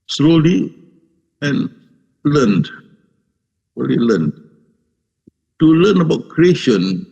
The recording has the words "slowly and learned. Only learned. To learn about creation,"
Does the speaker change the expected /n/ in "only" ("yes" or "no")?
yes